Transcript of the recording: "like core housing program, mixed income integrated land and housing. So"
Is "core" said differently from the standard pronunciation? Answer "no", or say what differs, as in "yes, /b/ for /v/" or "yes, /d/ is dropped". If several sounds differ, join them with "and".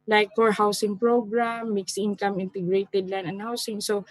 no